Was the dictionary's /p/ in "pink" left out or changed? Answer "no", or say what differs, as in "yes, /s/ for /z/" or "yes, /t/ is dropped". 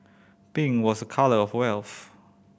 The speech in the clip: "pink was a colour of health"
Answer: yes, /b/ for /p/